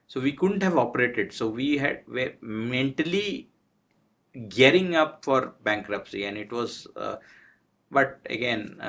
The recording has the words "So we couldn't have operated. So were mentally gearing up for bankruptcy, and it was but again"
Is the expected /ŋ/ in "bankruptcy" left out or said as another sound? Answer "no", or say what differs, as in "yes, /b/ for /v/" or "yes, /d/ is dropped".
no